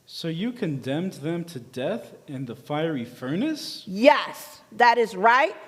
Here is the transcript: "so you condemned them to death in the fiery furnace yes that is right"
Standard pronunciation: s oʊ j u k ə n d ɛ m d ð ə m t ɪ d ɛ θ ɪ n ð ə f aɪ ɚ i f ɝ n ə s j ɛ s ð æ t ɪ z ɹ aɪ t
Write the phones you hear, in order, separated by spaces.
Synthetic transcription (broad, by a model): s oʊ j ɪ k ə n d ɛ m ð ə m t ɪ d ɛ θ ɪ n ð ə f aɪ ɚ i f ɝ n ə s j ɛ s ð æ t ɪ z ɹ aɪ t